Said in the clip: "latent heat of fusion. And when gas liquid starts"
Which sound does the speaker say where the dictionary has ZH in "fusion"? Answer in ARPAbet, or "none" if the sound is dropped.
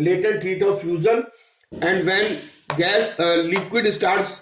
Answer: Z